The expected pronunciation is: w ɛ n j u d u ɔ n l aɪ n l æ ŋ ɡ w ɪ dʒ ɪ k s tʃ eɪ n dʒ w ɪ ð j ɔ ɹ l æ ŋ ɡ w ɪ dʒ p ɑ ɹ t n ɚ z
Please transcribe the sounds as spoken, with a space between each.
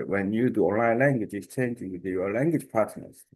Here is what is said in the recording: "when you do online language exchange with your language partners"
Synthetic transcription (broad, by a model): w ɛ n j u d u ɔ n l aɪ n l æ ŋ ɡ w ɪ dʒ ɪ s tʃ eɪ n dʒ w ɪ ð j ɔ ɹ l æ ŋ ɡ w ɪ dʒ p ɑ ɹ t n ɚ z